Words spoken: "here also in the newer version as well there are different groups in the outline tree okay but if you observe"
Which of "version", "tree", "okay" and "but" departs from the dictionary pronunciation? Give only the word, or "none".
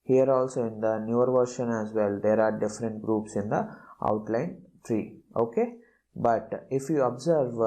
version